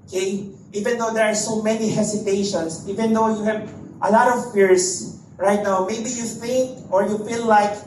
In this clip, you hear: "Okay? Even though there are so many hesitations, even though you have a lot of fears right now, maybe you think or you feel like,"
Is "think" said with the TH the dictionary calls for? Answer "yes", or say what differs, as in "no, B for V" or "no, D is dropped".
no, F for TH